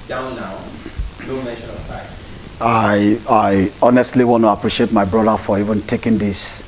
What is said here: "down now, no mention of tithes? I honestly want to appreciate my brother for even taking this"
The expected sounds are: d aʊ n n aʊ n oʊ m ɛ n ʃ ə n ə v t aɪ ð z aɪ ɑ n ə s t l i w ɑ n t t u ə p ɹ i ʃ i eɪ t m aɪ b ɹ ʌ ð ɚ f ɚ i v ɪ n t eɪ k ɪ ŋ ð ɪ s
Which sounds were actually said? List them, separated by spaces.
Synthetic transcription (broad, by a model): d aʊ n n aʊ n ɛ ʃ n ə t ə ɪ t aɪ aɪ ɑ n ə s t l i w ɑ n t t u ə p ɹ i ʃ i eɪ t m aɪ b ɹ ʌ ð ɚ f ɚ i v ɪ n t eɪ k ɪ ŋ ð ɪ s